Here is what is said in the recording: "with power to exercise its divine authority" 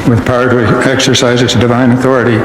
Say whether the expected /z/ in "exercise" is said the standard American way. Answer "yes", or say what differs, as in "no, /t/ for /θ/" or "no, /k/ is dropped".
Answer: yes